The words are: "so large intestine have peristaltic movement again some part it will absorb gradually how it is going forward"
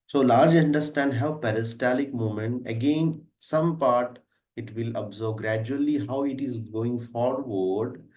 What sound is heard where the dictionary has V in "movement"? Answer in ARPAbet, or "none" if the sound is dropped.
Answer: none